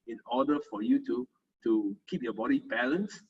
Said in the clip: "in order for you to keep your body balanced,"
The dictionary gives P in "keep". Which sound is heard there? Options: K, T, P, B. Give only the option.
P